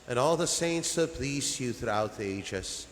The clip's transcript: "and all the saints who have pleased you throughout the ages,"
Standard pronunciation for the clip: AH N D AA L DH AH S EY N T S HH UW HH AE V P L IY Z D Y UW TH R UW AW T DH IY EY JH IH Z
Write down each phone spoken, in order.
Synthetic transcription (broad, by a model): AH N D AA L DH AH S EY N T S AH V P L IY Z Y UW TH R UW AW T DH IY EY JH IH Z